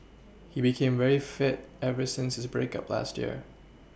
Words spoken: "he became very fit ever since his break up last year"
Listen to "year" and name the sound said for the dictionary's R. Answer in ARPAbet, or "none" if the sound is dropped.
R